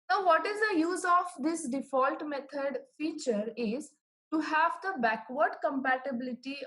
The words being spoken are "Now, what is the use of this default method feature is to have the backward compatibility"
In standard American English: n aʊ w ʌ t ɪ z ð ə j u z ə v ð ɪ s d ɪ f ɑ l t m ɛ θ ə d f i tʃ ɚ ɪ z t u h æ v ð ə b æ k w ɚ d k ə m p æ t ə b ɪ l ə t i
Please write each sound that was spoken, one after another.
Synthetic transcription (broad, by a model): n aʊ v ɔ t ɪ z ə j u z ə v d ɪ s d ɪ f ɑ l t m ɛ t ə d f i tʃ ɚ ɪ z t u h æ v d ə b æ k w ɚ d k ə m p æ t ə b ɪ l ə t i